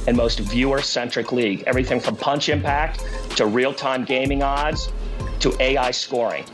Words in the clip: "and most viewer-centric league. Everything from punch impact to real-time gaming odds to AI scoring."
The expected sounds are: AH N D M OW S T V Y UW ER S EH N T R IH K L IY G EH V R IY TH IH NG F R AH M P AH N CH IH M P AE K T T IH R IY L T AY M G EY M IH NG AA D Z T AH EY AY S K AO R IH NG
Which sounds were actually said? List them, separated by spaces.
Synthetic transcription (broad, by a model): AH N M OW S T V Y UW ER S EH N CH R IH K L IY G EH V R IY TH IH NG F R AH M P AH N CH IH M P AE K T T IH R IY L T AY M G EY M IH NG AA D Z T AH EY AY S K AO R IH NG